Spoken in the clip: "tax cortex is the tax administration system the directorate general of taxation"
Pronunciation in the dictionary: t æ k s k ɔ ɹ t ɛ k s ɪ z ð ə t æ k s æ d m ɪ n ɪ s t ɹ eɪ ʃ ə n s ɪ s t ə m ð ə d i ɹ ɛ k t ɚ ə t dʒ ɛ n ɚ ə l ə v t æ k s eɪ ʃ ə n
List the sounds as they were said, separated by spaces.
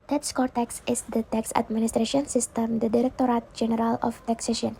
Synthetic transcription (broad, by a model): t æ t s k ɔ ɹ t ɛ k s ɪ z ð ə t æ k s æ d m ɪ n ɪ s t ɹ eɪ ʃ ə n s ɪ s t ə m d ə d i ɹ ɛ k t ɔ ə t dʒ ɛ n ɚ ə l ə f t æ k s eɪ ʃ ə n